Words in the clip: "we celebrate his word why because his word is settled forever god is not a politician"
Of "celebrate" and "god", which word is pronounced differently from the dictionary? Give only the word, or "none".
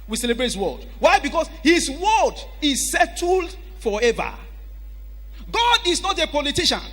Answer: none